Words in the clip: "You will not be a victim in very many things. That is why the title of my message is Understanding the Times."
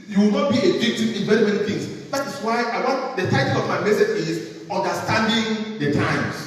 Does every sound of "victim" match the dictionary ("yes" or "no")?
no